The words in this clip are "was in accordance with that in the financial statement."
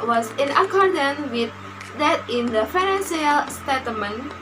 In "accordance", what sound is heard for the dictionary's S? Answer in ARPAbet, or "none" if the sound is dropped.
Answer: none